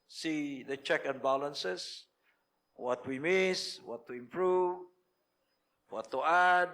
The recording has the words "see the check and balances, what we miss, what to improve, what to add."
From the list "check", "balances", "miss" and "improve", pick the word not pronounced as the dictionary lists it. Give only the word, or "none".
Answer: balances